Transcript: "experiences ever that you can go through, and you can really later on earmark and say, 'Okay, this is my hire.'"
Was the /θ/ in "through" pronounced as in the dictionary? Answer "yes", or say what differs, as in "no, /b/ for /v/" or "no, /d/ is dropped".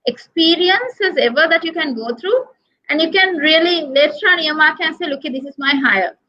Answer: no, /t/ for /θ/